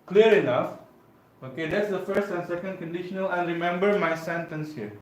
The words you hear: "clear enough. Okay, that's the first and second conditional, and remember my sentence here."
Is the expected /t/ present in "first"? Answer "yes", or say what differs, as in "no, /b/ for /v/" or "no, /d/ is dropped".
yes